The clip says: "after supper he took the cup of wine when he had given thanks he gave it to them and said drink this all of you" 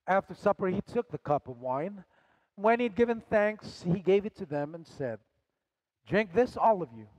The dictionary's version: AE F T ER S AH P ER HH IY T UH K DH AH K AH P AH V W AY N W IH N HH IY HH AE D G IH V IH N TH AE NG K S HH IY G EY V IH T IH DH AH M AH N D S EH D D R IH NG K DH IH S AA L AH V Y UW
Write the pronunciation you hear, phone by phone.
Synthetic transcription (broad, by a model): AE F T ER S AH P ER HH IY T UH K DH AH K AH P AH V W AY N W IH N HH IY D G IH V IH N TH AE NG K S HH IY G EY V IH T IH DH AH M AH N S EH D D R IH NG K DH IH S AA L AH V Y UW